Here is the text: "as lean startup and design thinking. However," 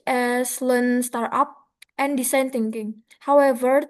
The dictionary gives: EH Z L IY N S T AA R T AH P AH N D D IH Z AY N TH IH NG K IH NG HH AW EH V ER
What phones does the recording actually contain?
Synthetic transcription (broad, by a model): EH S L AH N S T AA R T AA P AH N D D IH S AY N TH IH NG K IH NG HH AW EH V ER